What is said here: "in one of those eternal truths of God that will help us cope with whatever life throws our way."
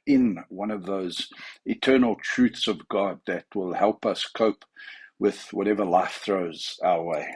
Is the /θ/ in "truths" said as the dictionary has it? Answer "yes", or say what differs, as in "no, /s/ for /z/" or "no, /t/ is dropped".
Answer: yes